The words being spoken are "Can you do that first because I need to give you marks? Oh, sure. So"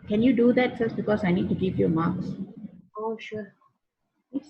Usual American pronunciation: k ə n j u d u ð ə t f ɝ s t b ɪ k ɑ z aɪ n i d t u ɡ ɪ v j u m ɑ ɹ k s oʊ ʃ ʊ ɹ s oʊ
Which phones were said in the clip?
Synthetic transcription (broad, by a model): k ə n j u d u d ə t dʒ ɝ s b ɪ k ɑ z aɪ n i d t u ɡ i p j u m ɑ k s oʊ ʃ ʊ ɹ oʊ